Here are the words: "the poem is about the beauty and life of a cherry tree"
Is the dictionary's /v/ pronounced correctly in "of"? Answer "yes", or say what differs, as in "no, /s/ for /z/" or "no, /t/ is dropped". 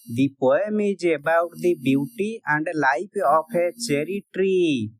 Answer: no, /p/ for /v/